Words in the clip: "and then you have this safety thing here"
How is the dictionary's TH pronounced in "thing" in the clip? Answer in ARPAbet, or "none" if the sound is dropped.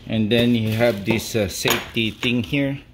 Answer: T